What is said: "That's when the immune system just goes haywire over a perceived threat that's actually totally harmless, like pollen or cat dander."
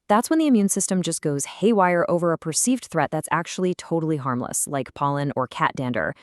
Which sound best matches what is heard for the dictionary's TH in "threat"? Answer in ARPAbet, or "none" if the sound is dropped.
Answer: TH